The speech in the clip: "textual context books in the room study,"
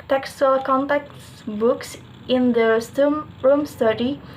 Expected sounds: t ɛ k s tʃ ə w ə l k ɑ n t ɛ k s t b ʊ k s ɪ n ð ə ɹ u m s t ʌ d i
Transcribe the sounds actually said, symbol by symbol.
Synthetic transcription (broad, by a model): t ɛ k s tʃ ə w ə l k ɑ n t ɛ k t b ʊ k s ɪ n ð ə ɹ u m s t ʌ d i